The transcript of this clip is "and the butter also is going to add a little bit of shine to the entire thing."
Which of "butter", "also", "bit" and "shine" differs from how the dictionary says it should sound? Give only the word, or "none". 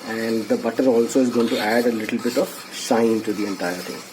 shine